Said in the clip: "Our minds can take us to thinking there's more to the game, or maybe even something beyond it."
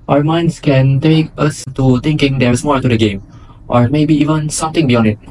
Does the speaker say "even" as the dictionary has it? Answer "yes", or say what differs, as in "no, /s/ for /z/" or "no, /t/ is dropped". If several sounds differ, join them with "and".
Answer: yes